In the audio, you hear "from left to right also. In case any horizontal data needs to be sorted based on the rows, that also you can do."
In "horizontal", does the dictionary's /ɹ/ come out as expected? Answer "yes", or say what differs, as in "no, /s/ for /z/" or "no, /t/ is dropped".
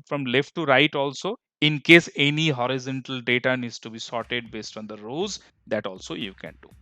yes